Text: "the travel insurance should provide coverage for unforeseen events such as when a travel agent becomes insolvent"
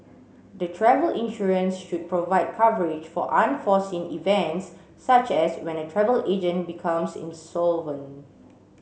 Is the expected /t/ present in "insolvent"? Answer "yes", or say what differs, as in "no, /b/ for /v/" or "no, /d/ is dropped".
no, /t/ is dropped